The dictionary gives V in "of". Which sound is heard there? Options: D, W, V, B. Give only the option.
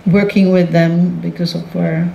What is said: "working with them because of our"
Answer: W